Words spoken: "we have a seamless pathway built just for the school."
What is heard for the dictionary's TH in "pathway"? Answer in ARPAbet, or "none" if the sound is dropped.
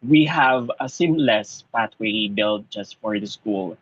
T